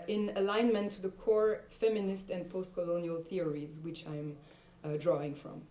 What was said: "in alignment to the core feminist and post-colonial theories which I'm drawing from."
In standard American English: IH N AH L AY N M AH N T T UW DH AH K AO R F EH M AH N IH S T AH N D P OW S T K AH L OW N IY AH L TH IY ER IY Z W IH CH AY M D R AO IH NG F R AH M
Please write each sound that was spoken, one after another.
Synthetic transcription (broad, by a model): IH N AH L AY N M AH N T T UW DH AH K AO R F EH M AH N IH S T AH N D P OW S T K AH L OW N IY AH L TH IY ER IY Z W IH CH AY M D R AO IH NG F R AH M